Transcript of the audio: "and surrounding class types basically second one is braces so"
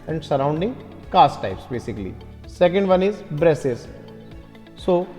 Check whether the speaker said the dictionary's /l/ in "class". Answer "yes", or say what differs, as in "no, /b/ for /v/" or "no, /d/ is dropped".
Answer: no, /l/ is dropped